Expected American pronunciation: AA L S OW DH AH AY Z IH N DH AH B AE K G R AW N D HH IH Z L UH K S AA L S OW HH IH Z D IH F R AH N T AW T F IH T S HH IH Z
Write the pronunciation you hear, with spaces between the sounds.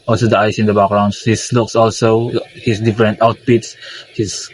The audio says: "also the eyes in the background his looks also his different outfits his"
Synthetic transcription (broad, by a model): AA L S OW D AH AY S IH N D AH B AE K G R AW N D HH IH S L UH K S AA L S OW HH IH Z D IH F R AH N T AW T P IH T S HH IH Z